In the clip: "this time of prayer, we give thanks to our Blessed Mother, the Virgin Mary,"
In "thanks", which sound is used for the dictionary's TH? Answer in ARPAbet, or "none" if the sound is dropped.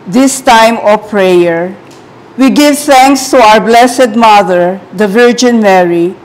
T